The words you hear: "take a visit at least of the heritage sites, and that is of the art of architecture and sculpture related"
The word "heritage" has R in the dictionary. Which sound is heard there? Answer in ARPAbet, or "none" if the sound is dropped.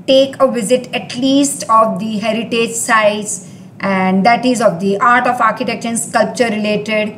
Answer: R